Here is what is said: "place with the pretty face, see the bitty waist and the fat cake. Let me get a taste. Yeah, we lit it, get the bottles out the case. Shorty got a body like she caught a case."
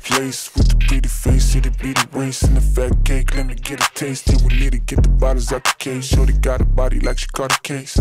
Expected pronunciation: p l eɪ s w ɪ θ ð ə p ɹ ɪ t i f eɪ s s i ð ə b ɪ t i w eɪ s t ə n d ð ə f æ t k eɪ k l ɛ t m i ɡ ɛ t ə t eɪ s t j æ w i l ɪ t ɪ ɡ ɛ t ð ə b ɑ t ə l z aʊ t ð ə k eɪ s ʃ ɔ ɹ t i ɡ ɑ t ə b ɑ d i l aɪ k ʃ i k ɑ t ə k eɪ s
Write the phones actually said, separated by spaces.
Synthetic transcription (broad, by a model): p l eɪ s w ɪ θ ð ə b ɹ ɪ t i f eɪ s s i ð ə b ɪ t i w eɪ s ə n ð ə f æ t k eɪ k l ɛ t m i ɡ ɛ t ə t eɪ s t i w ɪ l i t ɪ ɡ ɛ t ð ə b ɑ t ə z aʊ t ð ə k eɪ s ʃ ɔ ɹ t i ɡ ɑ t ə b ɑ d i l aɪ k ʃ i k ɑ t ə k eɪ s